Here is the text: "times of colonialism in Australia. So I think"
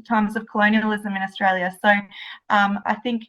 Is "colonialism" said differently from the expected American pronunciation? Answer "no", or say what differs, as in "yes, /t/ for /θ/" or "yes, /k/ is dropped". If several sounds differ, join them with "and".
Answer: no